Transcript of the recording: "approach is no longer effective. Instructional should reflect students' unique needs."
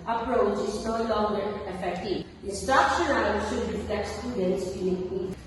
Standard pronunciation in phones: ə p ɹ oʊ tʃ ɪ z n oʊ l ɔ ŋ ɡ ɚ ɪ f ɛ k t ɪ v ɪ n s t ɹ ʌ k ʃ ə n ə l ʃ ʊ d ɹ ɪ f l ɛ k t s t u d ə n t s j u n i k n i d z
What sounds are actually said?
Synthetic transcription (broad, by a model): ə p ɹ oʊ tʃ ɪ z n oʊ l ɔ ŋ ɡ ɚ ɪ f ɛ k t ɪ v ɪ s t ʌ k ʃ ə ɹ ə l ʃ ʊ d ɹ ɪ f l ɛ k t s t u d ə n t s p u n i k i